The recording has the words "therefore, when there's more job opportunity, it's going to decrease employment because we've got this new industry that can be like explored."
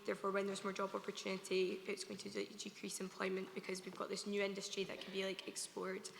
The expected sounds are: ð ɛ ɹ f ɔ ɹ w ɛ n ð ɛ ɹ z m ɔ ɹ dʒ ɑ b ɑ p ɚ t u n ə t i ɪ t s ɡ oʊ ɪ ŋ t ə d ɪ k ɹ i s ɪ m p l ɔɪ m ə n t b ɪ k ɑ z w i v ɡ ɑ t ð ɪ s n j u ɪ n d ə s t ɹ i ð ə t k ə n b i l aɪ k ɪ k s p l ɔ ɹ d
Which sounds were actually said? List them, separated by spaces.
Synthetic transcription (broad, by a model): ð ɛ ɹ f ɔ ɹ w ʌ n ð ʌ ɹ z m ɔ ɹ dʒ ɑ b ɑ p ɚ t u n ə t i ɪ t s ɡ oʊ ɪ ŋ t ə d ɪ k ɹ i s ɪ m p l ɔɪ m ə n b ɪ k ɑ z w i v ɡ ɑ t ð ɪ s n j u ɪ n d ə s t ɹ i ð ə t k ə n b i l aɪ k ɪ k s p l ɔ ɹ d